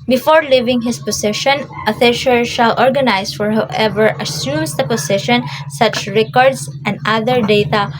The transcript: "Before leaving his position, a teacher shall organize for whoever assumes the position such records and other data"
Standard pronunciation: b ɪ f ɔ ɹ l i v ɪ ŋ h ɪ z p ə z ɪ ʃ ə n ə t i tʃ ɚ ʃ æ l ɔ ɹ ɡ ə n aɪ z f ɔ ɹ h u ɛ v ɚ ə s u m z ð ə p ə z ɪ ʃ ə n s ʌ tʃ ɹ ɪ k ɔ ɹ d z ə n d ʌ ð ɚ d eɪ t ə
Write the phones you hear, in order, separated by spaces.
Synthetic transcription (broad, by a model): b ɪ f ɔ ɹ l i v ɪ ŋ h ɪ s p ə s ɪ ʃ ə n ə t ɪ ʃ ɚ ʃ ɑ l ɔ ɹ ɡ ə n aɪ s f ɔ ɹ h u ɛ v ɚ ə s u m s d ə p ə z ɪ ʃ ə n s ʌ tʃ ɹ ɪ k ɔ ɹ d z ə n d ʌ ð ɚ d eɪ t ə